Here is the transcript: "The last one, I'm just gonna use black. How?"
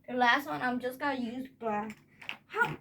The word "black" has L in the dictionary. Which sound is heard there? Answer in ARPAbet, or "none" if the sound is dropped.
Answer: none